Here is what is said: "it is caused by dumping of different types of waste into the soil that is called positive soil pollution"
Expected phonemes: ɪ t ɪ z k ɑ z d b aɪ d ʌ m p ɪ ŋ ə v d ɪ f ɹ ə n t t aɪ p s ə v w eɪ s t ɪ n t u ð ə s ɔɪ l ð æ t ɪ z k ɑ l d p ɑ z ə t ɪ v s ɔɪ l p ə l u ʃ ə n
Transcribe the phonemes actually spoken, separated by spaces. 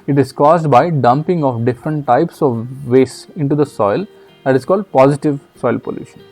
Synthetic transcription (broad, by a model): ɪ t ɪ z k ɑ z d b aɪ d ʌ m p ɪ ŋ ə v d ɪ f ɹ ə n t t aɪ p s ə v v eɪ s ɪ n t u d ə s ɔɪ l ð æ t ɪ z k ɑ l d p ɑ z ə t ɪ v s ɔɪ l p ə l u ʃ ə n